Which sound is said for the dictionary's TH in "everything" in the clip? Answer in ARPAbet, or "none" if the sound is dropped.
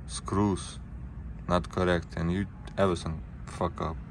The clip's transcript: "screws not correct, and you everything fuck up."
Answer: S